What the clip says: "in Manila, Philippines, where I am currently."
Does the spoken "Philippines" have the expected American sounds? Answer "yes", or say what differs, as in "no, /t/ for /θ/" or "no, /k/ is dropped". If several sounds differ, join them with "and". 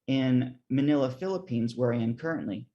yes